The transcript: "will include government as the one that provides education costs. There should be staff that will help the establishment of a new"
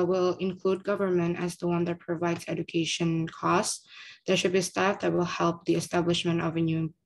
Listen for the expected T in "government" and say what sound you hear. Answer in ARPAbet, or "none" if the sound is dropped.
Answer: T